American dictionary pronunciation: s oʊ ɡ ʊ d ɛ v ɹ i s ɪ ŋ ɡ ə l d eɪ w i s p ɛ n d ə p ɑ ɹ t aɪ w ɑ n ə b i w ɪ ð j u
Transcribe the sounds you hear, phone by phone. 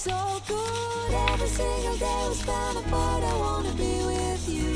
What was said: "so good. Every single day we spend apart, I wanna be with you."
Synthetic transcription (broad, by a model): s oʊ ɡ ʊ ɛ v ɹ i s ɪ ŋ ɡ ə l d eɪ w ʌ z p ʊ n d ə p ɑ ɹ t aɪ w ɑ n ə b i w ɪ ð j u